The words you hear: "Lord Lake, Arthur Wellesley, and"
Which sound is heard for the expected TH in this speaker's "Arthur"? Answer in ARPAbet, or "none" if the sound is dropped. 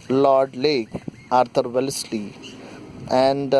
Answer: T